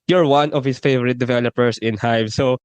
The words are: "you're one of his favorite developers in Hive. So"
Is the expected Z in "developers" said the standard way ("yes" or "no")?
no